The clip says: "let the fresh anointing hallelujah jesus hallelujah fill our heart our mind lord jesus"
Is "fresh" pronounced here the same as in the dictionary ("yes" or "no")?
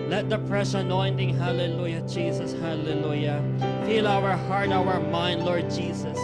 no